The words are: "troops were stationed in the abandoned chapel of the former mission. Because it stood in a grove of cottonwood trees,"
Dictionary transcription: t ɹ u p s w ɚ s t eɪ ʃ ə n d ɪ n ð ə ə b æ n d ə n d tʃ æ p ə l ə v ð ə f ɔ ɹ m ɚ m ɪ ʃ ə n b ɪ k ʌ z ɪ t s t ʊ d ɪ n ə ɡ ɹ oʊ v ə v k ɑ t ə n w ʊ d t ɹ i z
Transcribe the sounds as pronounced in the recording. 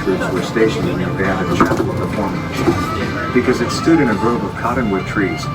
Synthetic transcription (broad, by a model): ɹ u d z w ɚ s t eɪ ʃ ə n ɪ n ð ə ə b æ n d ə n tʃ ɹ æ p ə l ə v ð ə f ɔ ɹ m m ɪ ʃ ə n b ɪ k ʌ z ɪ t s t ʊ d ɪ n ə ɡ ɹ oʊ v ə v k ɑ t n w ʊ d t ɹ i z